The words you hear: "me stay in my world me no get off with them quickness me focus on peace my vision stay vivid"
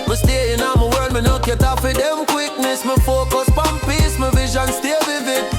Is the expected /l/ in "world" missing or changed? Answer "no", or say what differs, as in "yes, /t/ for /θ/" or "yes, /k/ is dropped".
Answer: yes, /l/ is dropped